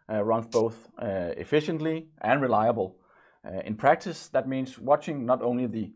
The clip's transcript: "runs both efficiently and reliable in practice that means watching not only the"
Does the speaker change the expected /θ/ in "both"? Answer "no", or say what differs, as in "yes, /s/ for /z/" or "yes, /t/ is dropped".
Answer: no